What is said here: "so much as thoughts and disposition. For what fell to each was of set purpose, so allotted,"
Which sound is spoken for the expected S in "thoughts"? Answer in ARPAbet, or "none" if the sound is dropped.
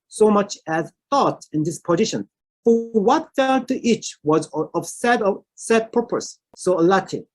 none